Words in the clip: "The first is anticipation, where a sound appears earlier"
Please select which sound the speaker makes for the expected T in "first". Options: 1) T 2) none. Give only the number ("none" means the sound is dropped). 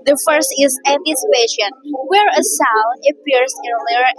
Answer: 1